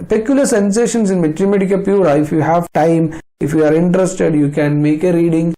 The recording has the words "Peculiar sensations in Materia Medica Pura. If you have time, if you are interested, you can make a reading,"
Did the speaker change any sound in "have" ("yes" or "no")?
no